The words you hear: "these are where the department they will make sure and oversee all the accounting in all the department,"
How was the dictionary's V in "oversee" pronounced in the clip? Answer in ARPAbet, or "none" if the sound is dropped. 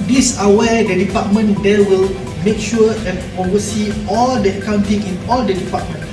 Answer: none